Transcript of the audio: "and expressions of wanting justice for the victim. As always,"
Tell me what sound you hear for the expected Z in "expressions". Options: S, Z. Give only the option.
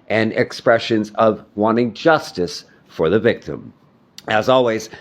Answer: Z